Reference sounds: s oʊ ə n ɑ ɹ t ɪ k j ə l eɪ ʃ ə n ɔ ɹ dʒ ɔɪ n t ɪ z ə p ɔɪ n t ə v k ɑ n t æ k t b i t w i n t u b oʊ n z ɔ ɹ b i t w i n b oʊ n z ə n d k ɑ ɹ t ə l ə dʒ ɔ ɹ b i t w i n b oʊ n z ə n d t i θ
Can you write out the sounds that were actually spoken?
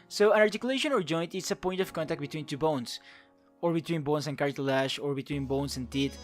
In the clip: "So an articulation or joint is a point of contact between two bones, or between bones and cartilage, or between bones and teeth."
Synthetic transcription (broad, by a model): s oʊ ə n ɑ ɹ t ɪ k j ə l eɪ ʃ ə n ɔ ɹ dʒ ɔɪ n t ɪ s ə p ɔɪ n t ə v k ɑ n t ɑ k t b i t w i n t u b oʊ n s ɔ ɹ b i t w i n b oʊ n s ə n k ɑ ɹ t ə l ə ʃ ɔ ɹ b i t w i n b oʊ n s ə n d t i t